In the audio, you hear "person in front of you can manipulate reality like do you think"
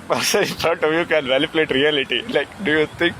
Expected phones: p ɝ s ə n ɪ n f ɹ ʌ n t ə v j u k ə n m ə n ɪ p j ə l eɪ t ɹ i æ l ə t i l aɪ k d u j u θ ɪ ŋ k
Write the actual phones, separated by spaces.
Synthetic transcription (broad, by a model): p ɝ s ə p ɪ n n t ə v j u k ə n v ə l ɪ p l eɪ t ɹ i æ l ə t i l aɪ k d u j u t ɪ ŋ k